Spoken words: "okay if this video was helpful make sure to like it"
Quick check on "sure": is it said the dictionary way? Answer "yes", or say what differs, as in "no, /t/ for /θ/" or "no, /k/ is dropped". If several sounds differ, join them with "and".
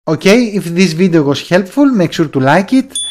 no, /s/ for /ʃ/